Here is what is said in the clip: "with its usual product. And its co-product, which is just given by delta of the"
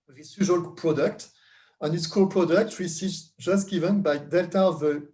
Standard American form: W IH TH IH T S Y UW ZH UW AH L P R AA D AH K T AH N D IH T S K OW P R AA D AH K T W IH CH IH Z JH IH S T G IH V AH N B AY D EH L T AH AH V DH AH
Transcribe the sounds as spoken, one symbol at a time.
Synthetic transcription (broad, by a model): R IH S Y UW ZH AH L P R AA D AH K T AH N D IH T S K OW P R AA D AH K T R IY S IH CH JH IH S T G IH V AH N B AY D EH L T AH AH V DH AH